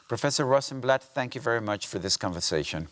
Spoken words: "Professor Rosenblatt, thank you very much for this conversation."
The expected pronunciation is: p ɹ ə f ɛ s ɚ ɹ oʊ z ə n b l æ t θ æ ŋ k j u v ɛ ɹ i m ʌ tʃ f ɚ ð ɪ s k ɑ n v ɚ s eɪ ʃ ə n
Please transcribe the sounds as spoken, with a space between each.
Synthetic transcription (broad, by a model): p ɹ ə f ɛ s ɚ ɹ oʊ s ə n b l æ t θ æ ŋ k j u v ɛ ɹ i m ʌ tʃ f ɚ ð ɪ s k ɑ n v ɚ s eɪ ʃ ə n